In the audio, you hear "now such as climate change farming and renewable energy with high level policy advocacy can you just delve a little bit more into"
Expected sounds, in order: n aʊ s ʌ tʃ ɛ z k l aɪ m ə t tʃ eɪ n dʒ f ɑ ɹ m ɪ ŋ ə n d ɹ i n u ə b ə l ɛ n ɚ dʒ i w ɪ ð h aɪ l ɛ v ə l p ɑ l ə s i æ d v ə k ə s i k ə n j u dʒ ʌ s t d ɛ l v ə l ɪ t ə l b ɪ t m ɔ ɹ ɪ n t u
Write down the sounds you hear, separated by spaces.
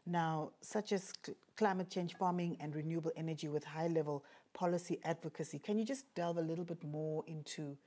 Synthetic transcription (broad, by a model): n aʊ s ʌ tʃ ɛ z k l aɪ m ə t tʃ eɪ n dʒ f ɑ m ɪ ŋ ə n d ɹ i n u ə b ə l ɛ n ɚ dʒ i w ɪ ð h aɪ l ɛ v ə l p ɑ l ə s i æ d v ə k ə s i k ə n j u dʒ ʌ s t d ɛ l v ə l ɪ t l b ɪ t m ɔ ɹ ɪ n t u